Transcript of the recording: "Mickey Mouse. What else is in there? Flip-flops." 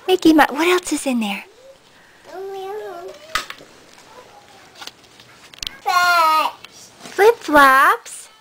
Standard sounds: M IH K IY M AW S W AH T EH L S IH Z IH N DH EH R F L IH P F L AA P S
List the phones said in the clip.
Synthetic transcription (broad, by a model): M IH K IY M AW W AH T EH L S IH Z IH N DH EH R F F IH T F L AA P S